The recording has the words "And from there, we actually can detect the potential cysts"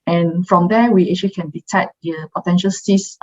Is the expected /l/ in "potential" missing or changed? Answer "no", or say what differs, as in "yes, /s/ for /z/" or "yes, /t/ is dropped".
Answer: no